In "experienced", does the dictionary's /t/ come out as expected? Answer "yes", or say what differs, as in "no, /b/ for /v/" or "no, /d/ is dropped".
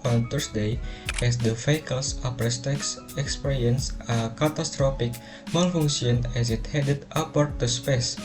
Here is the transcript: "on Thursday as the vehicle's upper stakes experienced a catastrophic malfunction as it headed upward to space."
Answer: no, /t/ is dropped